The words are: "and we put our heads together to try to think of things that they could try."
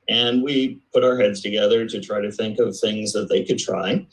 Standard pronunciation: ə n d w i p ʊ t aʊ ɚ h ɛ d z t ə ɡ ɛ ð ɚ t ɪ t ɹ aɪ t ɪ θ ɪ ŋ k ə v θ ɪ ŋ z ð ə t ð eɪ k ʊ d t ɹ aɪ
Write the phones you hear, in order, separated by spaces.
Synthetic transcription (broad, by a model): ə n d w i p ʊ t aʊ ɚ h ɛ d z t ə ɡ ɛ ð ɚ t ɪ t ɹ aɪ t ɪ θ ɪ ŋ k ə v θ ɪ ŋ z ð ə t ð eɪ k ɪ d t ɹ aɪ